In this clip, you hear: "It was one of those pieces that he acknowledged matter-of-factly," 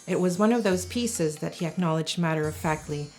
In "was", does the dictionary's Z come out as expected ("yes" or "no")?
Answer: yes